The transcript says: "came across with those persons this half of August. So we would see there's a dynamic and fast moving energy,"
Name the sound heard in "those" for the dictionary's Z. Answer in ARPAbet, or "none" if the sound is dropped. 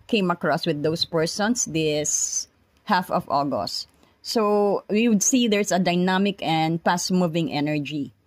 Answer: S